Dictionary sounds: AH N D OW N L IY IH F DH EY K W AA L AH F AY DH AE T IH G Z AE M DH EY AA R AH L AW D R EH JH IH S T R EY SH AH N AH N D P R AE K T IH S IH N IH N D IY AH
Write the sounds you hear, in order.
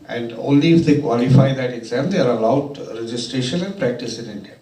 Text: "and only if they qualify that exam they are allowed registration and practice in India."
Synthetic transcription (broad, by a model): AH N D OW N L IY IH F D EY K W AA L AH F AY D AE T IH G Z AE M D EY AA R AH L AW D R EH JH IH S T R EY SH AH N AH N D P R AE K T IH S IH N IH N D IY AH